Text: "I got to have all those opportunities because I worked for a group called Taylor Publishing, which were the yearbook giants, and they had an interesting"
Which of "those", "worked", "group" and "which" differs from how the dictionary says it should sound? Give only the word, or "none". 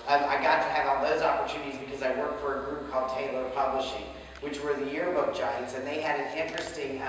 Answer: none